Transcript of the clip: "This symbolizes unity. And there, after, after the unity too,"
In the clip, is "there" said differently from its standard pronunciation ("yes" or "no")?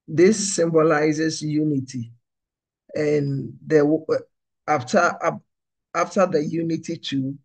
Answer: yes